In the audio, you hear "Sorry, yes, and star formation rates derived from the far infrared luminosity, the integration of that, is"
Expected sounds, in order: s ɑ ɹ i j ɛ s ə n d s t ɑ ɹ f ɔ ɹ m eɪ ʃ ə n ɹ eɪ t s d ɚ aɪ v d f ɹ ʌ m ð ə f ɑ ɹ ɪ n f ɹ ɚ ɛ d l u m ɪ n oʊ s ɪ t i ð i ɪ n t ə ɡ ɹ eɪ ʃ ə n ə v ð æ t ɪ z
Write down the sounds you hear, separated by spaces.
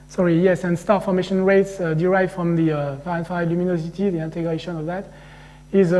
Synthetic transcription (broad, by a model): s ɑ ɹ i j ɛ s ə n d s t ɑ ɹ f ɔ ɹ m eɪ ʃ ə n ɹ eɪ t s d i aɪ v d f ɹ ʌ m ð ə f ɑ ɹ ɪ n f ɑ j l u m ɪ n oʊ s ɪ t i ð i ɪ n t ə ɡ ɹ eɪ ʃ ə n ə v ð æ t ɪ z